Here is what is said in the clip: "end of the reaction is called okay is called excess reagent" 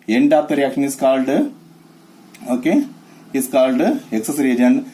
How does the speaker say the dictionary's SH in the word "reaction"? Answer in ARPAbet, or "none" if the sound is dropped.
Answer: none